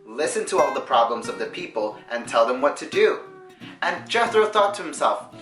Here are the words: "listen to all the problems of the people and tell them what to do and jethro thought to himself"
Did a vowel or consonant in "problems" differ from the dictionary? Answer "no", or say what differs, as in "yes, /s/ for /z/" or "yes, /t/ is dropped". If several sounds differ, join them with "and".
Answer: no